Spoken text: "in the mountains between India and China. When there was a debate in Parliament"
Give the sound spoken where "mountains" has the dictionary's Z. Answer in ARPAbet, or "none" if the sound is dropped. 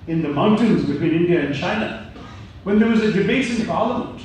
Z